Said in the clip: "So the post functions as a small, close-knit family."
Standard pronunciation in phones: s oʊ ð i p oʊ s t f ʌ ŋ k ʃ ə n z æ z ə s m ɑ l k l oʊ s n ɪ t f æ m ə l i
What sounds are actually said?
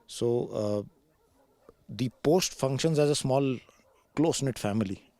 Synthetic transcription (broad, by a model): s oʊ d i p oʊ s t f ʌ ŋ k ʃ ə n z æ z ə s m ɑ l k l oʊ s n ɪ t f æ m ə l i